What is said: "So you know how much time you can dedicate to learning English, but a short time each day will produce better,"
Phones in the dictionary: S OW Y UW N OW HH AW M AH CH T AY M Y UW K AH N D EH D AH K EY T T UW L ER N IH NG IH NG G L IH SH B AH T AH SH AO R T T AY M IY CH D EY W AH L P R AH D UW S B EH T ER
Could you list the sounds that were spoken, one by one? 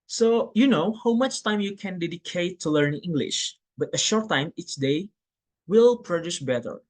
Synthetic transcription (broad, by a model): S OW Y UW N OW HH AW M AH CH T AY M Y UW K AH N D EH D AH K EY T T UW L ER N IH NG IH NG G L IH SH B AH T AH SH AO R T T AY M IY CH D EY W AH L P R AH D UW S B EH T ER